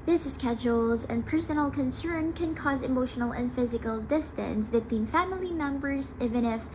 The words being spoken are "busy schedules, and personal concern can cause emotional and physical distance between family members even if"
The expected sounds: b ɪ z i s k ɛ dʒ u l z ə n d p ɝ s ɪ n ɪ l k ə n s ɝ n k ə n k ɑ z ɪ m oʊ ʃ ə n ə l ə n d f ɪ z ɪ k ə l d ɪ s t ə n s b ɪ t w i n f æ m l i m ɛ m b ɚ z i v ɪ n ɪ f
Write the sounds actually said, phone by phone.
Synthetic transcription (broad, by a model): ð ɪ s s k ɛ dʒ u l z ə n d p ɝ s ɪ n l k ə n s ɝ n k ə n k ɑ z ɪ m oʊ ʃ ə n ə l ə n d f ɪ z ɪ k ə l d ɪ s t ə n s b ɪ t w i n f æ m l i m ɛ m b ɚ z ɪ v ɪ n ɪ f